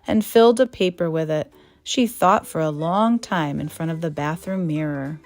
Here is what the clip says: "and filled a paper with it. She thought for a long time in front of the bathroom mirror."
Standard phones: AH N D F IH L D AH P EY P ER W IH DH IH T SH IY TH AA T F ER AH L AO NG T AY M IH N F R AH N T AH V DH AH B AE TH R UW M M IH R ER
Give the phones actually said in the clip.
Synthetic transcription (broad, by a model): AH N F IH L D AH P EY P ER W IH DH IH T SH IY TH AA T F ER AH L AO NG T AY M IH N F R AH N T AH V DH AH B AE TH R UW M M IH R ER